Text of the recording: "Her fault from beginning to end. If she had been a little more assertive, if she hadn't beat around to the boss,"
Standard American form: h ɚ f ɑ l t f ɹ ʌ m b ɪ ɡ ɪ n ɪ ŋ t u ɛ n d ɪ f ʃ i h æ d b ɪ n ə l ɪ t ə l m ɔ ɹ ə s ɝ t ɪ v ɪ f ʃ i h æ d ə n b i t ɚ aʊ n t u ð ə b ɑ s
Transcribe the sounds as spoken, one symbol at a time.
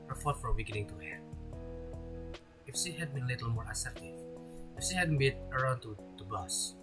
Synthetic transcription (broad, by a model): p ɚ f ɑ t f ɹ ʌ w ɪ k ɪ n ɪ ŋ t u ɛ ɪ f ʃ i h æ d b ɪ n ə l ɪ t ə l m ɔ ɹ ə s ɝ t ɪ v ɪ f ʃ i h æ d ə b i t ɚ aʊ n t u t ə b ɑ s